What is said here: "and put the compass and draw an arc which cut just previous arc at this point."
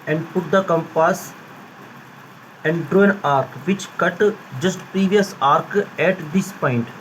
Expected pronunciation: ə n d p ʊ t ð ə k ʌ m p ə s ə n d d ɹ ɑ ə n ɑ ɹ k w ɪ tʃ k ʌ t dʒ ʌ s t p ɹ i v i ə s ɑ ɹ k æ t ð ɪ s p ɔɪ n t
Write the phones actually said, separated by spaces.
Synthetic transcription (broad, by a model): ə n d p ʊ t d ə k ʌ m p ə s ə n d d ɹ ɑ ə n ɑ ɹ k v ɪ tʃ k ʌ t dʒ ʌ s t p ɹ i v i ə s ɑ ɹ k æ t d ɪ s p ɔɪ n t